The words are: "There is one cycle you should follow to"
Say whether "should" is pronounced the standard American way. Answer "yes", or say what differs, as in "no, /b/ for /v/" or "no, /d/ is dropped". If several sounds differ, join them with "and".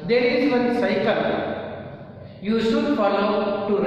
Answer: no, /s/ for /ʃ/